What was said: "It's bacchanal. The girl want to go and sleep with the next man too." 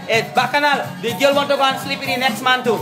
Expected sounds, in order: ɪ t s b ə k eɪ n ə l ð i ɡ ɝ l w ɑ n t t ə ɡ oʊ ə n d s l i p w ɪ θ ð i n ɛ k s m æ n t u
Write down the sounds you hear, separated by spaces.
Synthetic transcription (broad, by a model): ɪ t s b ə k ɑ n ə l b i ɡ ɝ l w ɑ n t t ə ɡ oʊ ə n s l i p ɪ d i n ɛ k s m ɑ n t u